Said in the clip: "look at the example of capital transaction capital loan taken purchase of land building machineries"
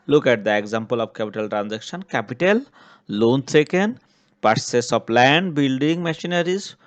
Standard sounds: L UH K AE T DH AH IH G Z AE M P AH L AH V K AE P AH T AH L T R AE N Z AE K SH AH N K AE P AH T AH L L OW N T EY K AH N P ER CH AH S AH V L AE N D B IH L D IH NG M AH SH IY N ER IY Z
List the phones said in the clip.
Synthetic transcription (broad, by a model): L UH K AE T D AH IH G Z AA M P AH L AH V K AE P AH T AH L T R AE N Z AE K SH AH N K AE P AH T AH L L OW N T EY K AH N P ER S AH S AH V L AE N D B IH L D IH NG M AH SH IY N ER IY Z